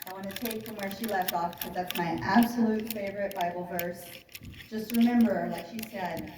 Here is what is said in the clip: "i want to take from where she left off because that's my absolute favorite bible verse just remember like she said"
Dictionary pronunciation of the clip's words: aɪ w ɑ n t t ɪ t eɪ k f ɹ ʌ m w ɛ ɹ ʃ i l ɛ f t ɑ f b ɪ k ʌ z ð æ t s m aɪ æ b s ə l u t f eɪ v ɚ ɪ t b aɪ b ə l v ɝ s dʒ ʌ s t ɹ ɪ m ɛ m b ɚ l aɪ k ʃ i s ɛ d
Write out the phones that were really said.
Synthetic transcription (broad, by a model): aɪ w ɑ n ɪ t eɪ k f ɹ ʌ m w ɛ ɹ ʃ i l ɛ f t ɑ f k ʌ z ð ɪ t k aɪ æ b s ə l u t f eɪ v ɚ ɪ t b aɪ b l v ɝ s dʒ ʌ s t ɹ ɪ m ɛ m b ɚ l aɪ k ʃ i s ɛ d